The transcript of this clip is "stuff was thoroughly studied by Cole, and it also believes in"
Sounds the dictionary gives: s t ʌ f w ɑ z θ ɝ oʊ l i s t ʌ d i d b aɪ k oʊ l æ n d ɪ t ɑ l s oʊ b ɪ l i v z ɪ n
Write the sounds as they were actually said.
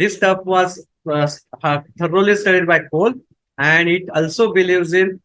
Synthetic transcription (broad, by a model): s t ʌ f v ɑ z t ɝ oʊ l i s t ʌ d i d b aɪ k oʊ l æ n d ɪ t ɑ l s oʊ b ɪ l i v z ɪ n